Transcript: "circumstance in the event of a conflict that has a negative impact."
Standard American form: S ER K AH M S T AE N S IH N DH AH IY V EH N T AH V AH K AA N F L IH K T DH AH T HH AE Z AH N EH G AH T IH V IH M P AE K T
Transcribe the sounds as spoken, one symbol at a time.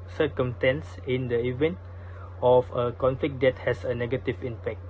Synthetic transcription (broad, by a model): S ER K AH M S T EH N S IH N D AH IY V EH N T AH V AH K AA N F L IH K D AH T HH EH S AH N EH G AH T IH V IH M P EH K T